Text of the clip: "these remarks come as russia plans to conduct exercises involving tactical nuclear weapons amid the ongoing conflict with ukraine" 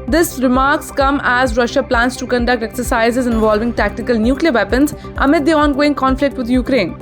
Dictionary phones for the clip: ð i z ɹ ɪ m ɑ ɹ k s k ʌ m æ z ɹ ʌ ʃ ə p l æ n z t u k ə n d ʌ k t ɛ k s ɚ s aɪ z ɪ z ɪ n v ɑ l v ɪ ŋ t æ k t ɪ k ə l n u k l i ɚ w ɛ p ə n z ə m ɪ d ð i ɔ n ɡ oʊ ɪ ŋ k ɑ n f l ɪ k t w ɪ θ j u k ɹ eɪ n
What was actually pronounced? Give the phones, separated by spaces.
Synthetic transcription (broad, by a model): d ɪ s ɹ ɪ m ɑ ɹ k s k ʌ m æ z ɹ ʌ ʃ ə p l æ n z t u k ə n d ʌ k t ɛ k s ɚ s aɪ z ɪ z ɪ n v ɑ l v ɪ ŋ t æ k t ɪ k ə l n u k l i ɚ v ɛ p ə n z ə m ɪ d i ɔ n ɡ oʊ ɪ ŋ k ɑ n f l ɪ k t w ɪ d j u k ɹ eɪ n